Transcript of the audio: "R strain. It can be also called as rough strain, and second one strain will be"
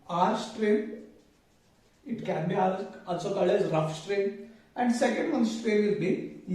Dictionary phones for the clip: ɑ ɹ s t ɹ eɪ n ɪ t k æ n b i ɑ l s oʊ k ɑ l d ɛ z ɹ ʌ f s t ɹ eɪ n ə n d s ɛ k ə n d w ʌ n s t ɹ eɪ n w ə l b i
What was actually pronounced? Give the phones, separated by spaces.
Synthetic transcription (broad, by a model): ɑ ɹ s t ɹ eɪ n ɪ t k æ n b i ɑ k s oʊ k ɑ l ɛ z ɹ ʌ f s t ɹ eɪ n ə n d s ɛ k ə n d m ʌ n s t ɹ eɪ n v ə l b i